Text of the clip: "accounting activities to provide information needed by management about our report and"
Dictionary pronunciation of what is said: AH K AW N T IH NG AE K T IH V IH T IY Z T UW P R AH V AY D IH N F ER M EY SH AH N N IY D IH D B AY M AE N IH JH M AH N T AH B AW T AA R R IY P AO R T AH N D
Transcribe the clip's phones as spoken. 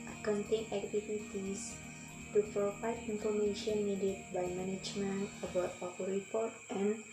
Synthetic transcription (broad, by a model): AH K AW N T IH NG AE K T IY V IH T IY S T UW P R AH F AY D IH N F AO M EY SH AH N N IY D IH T B AY M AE N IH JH M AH N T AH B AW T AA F R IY P AO R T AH N